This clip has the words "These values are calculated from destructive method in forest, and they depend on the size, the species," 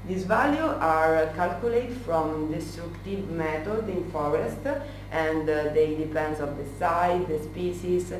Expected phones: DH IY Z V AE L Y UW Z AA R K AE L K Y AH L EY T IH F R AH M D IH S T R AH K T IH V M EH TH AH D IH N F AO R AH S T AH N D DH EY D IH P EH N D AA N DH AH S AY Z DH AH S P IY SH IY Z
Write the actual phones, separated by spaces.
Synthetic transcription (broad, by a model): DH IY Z V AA L Y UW AA R K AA L K Y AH L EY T F R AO M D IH S T R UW K T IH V M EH T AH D IH N F AO R AH S T AH N D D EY D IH P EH N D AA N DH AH S AY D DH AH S P IY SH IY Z